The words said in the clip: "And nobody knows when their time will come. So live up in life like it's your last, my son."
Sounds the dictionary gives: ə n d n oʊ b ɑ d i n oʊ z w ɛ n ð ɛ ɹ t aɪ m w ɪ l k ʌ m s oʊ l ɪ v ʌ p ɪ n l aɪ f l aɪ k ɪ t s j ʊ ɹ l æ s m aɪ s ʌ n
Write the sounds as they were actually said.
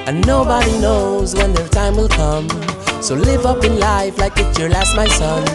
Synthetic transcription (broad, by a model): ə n n oʊ b ɑ d i n oʊ z w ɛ n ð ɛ ɹ t aɪ m w ɪ l k ʌ m s oʊ l ɪ v ʌ p ɪ n l aɪ f l aɪ k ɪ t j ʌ ɹ l æ s m aɪ s ʌ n